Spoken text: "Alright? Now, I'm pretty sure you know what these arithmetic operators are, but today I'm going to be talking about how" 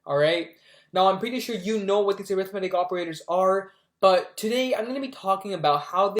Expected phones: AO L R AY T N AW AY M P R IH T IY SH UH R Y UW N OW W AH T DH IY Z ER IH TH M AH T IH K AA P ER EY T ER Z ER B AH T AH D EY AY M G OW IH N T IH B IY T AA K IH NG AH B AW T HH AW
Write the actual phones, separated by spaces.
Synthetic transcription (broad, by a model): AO L R AY T N AW AY M P R IH T IY SH UH R Y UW N OW W AH T DH IY Z ER IH TH M AH T IH K AA P ER EY T ER Z ER B AH T AH D EY AY M G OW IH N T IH B IY T AA K IH NG AH B AW T HH AW